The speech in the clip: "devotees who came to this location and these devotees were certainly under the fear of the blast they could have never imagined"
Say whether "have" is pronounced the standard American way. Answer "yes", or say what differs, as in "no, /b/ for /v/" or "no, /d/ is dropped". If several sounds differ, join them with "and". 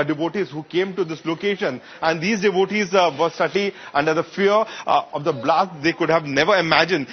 yes